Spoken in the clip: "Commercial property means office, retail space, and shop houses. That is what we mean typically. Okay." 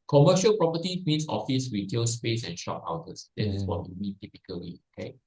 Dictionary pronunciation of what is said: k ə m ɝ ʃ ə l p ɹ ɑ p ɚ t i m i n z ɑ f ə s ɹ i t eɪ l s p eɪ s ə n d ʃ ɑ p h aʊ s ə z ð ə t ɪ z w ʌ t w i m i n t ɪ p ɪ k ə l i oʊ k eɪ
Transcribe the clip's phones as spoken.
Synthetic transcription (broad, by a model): k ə m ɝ ʃ ə l p ɹ ɑ p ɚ t i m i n s ɑ f ə s ɹ i t eɪ l s p eɪ s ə n ʃ ɑ p aʊ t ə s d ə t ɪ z w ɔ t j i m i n t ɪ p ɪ k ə l i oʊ k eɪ